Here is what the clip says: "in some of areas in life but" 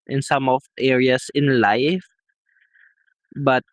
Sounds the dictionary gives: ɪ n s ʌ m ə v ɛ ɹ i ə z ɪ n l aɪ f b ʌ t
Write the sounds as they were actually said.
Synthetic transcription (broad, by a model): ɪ n s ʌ m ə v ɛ ɹ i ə s ɪ n l aɪ f b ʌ t